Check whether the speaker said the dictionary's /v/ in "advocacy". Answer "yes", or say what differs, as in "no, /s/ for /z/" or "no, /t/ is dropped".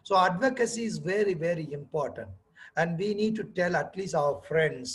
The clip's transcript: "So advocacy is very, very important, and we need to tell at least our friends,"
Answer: yes